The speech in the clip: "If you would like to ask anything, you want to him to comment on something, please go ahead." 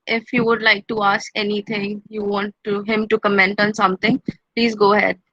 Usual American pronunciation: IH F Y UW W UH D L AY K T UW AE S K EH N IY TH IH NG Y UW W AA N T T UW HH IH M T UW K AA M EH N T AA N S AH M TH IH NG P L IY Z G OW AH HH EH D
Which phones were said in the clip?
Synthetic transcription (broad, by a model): IH F Y UW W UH D L AY K T UW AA S K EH N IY T IH NG Y UW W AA N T T UW HH IH M T UW K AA M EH N T AA N S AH M T IH NG P L IY Z G OW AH HH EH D